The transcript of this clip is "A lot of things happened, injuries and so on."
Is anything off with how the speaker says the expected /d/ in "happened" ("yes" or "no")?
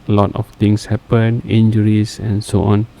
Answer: yes